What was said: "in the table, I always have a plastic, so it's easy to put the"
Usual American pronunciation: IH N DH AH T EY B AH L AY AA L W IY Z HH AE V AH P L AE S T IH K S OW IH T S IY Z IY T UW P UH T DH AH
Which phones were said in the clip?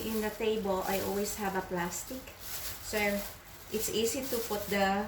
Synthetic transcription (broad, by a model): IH N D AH T EY B AH L AY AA L W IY S HH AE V AH P L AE S T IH K S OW IH T S IY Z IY T UW P UH T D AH